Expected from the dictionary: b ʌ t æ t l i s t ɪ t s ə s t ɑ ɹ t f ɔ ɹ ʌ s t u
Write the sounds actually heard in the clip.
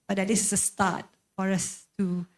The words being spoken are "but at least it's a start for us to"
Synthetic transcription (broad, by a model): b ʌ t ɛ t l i s ɪ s ə s t ɑ t f ɔ ɹ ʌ s t u